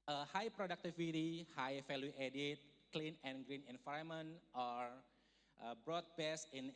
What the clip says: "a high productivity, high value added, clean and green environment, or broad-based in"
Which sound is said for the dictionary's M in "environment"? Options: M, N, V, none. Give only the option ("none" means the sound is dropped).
none